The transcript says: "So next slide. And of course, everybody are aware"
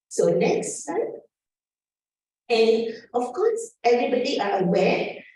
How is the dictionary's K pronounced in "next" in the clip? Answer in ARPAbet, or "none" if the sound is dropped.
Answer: K